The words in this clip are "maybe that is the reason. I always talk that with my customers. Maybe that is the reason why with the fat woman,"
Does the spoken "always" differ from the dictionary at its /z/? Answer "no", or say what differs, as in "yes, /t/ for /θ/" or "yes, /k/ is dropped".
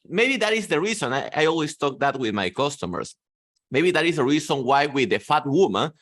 yes, /s/ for /z/